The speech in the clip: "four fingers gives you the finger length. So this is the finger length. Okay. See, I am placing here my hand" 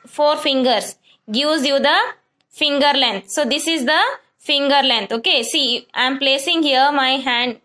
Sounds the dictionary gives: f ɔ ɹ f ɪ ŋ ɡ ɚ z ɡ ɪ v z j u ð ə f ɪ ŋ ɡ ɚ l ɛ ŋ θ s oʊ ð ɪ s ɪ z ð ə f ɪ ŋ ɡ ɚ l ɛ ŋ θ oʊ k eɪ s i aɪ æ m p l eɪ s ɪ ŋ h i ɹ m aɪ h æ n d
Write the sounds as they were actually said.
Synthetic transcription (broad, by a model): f ɔ ɹ f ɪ ŋ ɡ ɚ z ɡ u z j u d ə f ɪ ŋ ɡ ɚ l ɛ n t s oʊ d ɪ s ɪ z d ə f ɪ ŋ ɡ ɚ l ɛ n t oʊ k eɪ s i aɪ m p l eɪ s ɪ ŋ h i ɹ m aɪ h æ n d